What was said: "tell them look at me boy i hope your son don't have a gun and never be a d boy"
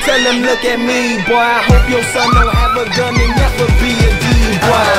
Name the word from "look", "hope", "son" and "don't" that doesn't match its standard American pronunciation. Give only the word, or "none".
don't